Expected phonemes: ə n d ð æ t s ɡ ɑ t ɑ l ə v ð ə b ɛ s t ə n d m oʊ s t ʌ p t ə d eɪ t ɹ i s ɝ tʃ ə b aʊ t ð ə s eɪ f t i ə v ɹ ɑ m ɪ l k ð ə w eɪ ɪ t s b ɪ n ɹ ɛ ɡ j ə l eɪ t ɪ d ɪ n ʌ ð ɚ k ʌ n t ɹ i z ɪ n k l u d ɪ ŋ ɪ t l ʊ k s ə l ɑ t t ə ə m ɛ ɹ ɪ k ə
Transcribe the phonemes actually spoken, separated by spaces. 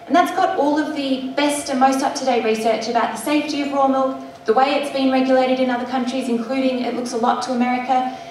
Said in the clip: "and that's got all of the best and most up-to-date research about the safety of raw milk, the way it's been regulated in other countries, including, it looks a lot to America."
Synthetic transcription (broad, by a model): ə n ð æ t s ɡ ɑ t ɑ l ə v ð ə b ɛ s t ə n m oʊ s t ʌ p t ə d eɪ ɹ i s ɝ tʃ ə b aʊ t ð ə s eɪ f t i ə v ɹ ɑ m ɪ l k ð ə w eɪ ɪ t s b ɪ n ɹ ɛ ɡ j ə l eɪ t ɪ d ɪ n ʌ ð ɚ k ʌ n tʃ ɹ i z ɪ n k l u d ɪ ŋ ɪ t l ʊ k s ə l ɑ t t ə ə m ɛ ɹ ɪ k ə